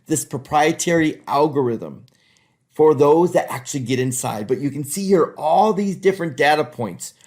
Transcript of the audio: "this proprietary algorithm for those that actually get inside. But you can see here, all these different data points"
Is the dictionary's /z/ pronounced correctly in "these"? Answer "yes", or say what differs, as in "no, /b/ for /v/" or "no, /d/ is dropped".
yes